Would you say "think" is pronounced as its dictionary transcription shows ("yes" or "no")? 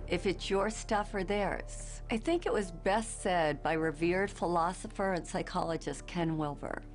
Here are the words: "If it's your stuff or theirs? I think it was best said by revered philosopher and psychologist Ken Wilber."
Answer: yes